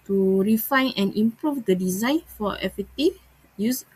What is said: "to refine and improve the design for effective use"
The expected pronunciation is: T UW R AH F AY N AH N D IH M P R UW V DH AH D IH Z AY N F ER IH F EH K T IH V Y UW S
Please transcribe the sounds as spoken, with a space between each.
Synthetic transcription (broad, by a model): T UW R AH F AY N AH N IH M P R UW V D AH D IH Z AY N F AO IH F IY T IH Y UW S